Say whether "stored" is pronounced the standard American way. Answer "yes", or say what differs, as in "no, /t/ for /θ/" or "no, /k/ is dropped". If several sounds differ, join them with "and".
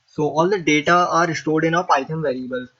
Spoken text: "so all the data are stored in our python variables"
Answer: yes